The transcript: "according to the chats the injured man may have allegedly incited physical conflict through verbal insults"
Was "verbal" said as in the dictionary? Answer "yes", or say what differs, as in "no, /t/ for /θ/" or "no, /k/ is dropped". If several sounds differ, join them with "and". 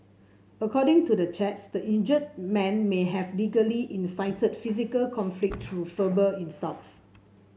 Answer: no, /f/ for /v/